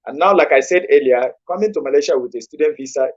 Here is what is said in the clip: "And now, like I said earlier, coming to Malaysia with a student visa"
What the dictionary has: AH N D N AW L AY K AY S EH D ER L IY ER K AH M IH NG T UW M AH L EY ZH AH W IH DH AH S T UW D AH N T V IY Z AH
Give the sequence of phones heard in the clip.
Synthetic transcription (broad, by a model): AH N N AW L AY K AY S EH D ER L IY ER K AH M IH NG T UW M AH L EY SH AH W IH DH AH S T UW D AH N T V IY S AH